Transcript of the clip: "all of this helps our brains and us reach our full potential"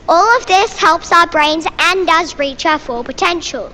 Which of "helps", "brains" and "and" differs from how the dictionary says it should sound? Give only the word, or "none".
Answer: none